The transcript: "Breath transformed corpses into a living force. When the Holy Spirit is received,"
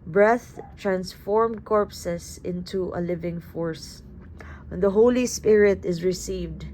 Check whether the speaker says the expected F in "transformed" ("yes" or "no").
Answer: yes